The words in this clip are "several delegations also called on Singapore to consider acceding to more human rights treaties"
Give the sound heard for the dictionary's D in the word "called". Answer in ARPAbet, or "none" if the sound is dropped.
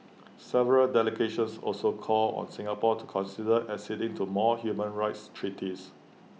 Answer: none